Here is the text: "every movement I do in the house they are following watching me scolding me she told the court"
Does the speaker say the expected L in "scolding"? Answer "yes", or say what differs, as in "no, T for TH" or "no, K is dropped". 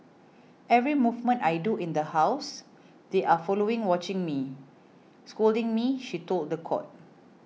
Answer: yes